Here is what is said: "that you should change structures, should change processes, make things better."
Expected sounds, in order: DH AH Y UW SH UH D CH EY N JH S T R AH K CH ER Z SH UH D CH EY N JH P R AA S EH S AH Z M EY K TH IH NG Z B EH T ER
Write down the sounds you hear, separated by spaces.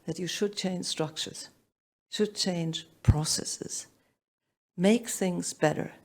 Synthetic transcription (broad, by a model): DH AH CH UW SH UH D CH EY N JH S T R AH K CH ER Z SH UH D CH EY N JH P R AA S EH S AH Z M EY K TH IH NG Z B EH T ER